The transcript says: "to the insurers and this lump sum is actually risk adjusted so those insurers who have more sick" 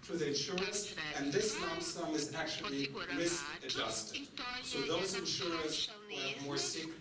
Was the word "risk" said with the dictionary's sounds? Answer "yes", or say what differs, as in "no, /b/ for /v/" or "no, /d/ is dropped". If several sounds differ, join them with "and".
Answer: no, /k/ is dropped